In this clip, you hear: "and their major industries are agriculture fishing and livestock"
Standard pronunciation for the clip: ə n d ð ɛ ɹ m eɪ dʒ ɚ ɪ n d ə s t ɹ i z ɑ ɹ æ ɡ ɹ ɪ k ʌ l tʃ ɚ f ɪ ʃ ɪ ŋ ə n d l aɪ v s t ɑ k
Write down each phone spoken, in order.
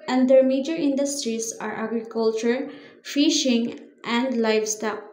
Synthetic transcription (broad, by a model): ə n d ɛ ɹ m eɪ dʒ ɚ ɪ n d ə s t ɹ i s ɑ ɹ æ ɡ ɹ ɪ k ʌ l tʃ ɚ f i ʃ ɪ ŋ ə n d l aɪ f s t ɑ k